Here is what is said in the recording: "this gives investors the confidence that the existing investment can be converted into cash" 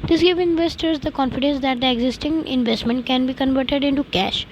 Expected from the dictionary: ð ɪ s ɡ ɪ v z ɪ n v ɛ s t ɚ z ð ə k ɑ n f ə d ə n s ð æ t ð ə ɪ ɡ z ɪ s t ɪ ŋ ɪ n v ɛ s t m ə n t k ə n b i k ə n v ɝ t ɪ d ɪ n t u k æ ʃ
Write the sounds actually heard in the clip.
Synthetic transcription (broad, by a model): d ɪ s ɡ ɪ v ɪ n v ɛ s t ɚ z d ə k ɑ n f ə d ə n s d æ t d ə ɪ ɡ z ɪ s t ɪ ŋ ɪ n v ɛ s t m ə n t k ə n b i k ə n v ɝ t ɪ d ɪ n t u k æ ʃ